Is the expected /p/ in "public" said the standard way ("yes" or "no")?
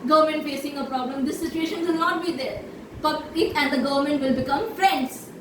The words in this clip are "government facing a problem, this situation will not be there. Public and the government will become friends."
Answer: no